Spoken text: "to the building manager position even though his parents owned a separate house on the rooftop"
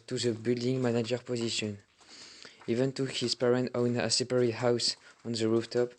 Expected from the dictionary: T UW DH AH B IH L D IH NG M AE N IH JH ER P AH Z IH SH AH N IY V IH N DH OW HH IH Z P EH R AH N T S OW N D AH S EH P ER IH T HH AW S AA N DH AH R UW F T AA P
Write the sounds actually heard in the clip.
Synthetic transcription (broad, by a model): T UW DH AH B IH L D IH NG M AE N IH JH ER P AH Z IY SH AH N IY V IH N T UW HH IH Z P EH R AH N T OW N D AH S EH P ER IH HH AW S AA N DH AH R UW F T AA P